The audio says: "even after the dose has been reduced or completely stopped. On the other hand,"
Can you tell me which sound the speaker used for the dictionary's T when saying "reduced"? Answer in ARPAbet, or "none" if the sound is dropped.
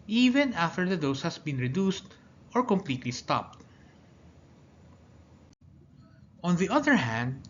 T